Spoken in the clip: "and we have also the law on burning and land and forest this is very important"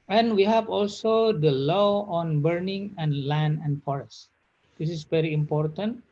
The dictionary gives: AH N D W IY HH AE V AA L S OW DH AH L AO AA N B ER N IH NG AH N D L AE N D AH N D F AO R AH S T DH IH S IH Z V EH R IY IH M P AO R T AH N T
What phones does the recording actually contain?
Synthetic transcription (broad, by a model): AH N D W IY HH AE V AA L S OW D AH L AO AA N B ER N IH NG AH N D L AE N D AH N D F AO R AH S T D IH S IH S V EH R IY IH M P AO R T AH N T